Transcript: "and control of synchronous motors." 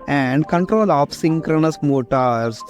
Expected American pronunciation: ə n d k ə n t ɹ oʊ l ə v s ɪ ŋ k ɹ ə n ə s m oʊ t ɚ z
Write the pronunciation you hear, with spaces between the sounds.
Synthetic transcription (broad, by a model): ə n d k ə n t ɹ oʊ l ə p s ɪ ŋ k ɹ ə n ə s m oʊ t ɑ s